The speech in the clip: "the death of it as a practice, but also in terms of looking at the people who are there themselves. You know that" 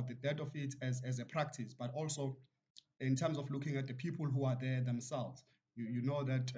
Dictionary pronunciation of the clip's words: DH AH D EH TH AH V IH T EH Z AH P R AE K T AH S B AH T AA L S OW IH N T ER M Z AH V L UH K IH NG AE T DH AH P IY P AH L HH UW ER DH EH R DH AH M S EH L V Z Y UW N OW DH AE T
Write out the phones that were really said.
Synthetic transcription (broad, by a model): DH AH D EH T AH F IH T EH Z AH P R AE K T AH S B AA T AA L S OW IH N T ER M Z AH F L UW K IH NG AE T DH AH P IY P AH L HH UW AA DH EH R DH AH M S EH L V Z Y UW N OW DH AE T